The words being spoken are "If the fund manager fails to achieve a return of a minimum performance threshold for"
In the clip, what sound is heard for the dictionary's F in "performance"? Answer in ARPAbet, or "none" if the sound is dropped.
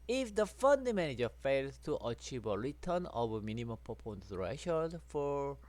P